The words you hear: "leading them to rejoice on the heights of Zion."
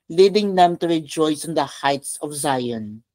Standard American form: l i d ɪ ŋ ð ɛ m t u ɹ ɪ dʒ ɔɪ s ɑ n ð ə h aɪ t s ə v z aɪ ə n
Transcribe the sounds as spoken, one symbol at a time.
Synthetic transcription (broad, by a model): l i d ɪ ŋ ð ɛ m t u ɹ ɪ dʒ ɔɪ s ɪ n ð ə h aɪ t s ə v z aɪ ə n